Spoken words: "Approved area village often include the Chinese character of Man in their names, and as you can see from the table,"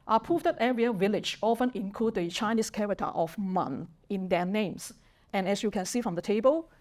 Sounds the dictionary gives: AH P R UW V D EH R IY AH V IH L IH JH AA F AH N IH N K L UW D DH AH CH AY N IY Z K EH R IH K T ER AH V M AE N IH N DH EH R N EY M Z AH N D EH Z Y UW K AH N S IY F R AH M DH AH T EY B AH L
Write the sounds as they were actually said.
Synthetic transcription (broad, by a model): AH P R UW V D EH R IY AH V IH L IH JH AA F AH N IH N K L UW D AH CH AY N IY S K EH R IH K T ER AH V M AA N IH N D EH N EY M S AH N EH S Y UW K AH N S IY F R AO M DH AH T EY B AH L